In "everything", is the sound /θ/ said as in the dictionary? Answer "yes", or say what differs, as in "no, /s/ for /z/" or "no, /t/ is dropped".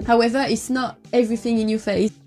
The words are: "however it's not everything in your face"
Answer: yes